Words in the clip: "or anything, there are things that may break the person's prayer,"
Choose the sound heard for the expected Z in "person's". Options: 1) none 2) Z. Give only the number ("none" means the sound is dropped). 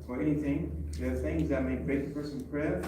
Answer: 1